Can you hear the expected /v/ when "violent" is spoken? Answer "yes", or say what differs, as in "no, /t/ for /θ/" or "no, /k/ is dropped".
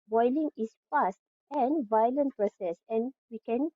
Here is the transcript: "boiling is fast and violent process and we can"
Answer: yes